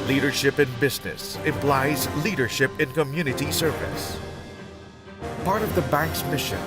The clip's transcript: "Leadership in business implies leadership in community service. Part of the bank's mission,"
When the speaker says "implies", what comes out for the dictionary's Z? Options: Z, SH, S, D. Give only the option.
Z